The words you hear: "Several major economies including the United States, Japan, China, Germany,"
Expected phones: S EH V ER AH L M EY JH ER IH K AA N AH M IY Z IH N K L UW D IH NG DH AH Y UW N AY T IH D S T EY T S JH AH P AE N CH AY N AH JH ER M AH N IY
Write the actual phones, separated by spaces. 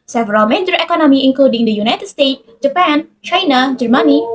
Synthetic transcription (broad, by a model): S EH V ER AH L M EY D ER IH K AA N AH M IY IH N K L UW D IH NG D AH Y UW N AY T IH D S T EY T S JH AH P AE N CH AY N AH JH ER M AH N IY